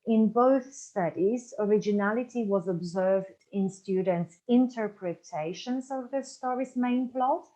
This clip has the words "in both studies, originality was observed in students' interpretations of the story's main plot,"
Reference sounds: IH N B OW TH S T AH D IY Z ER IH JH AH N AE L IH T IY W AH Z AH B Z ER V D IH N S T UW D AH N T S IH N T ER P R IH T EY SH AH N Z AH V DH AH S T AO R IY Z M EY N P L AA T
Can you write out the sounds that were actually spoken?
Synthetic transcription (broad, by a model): IH N B OW TH S T AH D IY Z ER IH JH AH N AE L IH T IY W AH Z AH B Z ER V D IH N S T UW D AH N T S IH N T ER P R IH T EY SH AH N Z AH V DH AH S T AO R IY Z M EY N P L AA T